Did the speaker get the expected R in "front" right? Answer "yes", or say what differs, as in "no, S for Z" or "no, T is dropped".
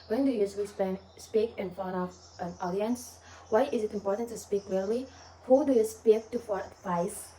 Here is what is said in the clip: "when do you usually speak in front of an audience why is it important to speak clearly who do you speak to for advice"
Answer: no, R is dropped